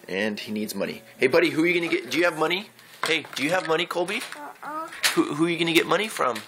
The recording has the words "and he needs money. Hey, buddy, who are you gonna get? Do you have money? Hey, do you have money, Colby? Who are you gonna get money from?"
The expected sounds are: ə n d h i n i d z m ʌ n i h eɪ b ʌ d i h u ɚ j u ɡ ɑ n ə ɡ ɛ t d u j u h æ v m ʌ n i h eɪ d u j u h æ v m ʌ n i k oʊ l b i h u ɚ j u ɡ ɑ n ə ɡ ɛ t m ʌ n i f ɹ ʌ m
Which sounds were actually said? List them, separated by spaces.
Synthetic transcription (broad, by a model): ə n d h i n i d z m ʌ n i h eɪ b ʌ d i h u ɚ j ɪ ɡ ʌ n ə ɡ ɛ t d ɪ j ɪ v m ʌ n i h eɪ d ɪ j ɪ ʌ v m ʌ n i k oʊ l b i h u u j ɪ ɡ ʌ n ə ɡ ɛ t m ʌ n i f ɹ ʌ m